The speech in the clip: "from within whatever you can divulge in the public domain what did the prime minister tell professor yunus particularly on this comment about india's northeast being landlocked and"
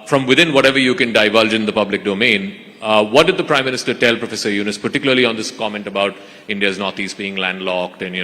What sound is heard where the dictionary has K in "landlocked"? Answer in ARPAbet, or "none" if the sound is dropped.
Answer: K